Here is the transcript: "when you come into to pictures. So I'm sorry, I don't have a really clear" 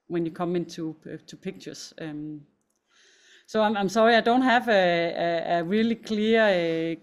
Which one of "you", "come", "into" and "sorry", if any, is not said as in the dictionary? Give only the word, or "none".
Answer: into